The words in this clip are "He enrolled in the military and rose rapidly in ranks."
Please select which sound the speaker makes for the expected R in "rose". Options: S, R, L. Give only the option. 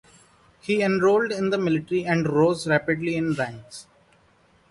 R